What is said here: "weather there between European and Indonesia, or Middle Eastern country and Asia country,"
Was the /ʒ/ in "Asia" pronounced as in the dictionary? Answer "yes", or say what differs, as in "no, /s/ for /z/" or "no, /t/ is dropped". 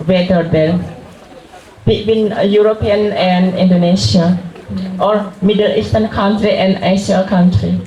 no, /s/ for /ʒ/